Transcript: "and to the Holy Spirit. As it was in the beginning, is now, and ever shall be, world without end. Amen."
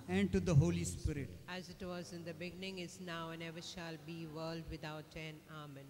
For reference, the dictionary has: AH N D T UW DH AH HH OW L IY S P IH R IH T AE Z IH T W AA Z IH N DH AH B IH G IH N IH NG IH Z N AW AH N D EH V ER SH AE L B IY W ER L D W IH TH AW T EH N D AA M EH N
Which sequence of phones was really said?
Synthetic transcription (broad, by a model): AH N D T UW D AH HH OW L IY S P IH R IH T AE Z IH T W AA Z IH N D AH B IH G IH N IH NG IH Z N AW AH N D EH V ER SH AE L B IY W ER L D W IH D AW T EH N AA M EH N